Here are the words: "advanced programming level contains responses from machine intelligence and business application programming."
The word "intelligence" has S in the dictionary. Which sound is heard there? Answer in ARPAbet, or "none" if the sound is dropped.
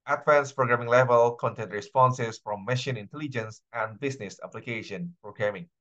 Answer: S